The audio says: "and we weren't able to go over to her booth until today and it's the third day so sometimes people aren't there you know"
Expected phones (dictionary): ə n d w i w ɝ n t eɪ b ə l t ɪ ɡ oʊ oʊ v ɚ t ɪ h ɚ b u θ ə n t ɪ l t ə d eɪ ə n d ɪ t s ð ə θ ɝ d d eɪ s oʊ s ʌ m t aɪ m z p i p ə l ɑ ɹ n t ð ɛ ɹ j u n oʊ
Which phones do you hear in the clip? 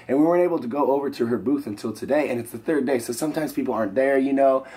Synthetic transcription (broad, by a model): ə n w i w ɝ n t eɪ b l t ɪ ɡ oʊ oʊ v ɚ t ɪ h ɚ b u θ ə n t ɪ l t ə d eɪ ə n ɪ t s ð ə θ ɝ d d eɪ s oʊ s ʌ m t aɪ m z p i p l ɑ ɹ n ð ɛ ɹ j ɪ n oʊ